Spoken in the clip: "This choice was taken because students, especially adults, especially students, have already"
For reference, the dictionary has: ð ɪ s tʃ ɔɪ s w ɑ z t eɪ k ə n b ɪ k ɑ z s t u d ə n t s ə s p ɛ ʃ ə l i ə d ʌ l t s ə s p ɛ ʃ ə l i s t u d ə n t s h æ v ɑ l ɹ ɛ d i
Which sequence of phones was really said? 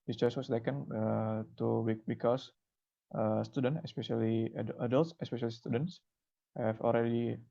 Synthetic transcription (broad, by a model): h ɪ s tʃ ɔɪ s w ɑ s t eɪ k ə n b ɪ k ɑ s s t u d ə n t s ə s p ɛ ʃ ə l i ə d ʌ l t s ə s p ɛ ʃ ə l i s t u d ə n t s h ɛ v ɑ l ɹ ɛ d i